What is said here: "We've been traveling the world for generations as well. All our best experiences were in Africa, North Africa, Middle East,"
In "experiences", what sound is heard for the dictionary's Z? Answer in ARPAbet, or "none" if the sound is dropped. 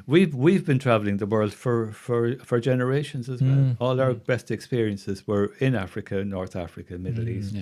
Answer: Z